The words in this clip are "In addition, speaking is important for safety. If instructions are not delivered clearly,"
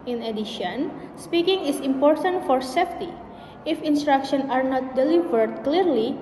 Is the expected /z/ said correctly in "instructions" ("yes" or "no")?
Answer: no